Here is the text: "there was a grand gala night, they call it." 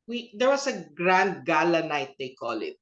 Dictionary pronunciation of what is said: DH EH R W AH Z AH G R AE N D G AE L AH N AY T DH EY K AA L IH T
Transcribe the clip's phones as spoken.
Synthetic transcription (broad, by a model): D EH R W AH S AH G R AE N D G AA L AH N AY T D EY K AA L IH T